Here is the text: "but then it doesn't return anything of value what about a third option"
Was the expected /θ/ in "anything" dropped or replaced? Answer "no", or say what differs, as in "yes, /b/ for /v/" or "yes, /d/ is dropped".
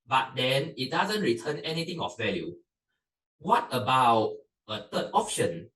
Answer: yes, /t/ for /θ/